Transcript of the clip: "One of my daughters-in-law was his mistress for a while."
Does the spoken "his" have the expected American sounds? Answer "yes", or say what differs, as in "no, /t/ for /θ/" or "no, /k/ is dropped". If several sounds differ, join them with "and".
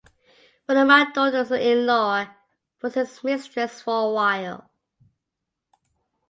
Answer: no, /s/ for /z/